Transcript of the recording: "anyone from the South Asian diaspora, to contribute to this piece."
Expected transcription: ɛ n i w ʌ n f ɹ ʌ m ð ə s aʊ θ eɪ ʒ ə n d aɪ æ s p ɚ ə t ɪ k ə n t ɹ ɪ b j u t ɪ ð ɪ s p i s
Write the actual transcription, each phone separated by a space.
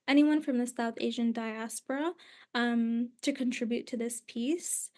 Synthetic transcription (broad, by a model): ɛ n i w ʌ n f ɹ ʌ m ð ə s aʊ θ eɪ ʒ ə n d aɪ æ s p ɚ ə t ɪ k ə n t ɹ ɪ b j u t ɪ ð ɪ s p i s